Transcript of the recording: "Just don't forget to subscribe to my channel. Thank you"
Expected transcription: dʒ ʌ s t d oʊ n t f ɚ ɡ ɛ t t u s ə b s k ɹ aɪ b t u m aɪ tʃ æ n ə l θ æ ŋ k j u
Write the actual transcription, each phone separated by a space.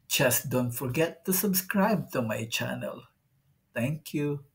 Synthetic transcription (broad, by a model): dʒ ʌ s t d oʊ n t f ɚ ɡ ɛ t t u s ə b s k ɹ aɪ b t u m aɪ tʃ æ n ə l t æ ŋ k j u